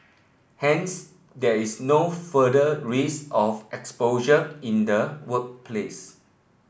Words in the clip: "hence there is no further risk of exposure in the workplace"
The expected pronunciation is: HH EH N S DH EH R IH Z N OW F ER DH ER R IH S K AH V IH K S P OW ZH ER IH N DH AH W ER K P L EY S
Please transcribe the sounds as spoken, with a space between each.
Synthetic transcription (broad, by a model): HH EH N S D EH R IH S N OW F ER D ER R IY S AH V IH K S P OW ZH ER IH N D AH W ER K P L EY S